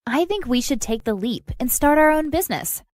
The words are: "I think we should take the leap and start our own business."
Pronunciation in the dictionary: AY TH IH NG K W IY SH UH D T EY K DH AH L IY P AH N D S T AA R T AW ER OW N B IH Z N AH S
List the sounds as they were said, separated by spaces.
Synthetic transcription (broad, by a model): AY TH IH NG K W IY SH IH D T EY K DH AH L IY P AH N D S T AA R T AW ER OW N B IH Z N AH S